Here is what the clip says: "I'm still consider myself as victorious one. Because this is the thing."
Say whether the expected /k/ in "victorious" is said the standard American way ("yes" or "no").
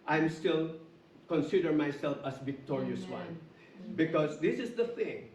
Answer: yes